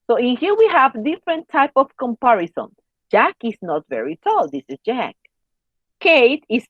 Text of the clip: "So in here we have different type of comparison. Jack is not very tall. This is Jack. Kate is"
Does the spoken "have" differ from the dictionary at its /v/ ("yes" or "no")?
no